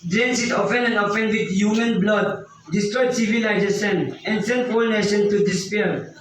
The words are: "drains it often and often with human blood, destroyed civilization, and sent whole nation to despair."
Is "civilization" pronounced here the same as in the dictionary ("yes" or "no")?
no